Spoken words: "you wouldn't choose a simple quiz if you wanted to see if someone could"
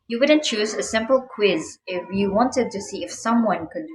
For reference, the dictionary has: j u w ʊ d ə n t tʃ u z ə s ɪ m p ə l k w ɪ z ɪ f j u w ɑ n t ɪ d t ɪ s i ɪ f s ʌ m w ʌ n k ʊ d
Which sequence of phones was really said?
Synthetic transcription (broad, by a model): j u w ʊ d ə n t tʃ u z ə s ɪ m p ə l k w ɪ z ɪ f j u w ɑ n t ɪ d t ɪ s i ɪ f s ʌ m w ʌ n k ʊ d